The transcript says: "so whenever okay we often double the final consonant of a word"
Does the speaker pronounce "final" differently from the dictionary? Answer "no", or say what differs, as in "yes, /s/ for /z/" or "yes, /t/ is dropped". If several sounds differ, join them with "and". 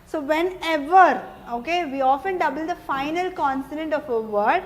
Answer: no